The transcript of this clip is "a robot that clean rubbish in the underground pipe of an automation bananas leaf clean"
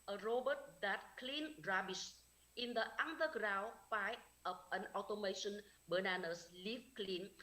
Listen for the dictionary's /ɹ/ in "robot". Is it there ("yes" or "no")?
yes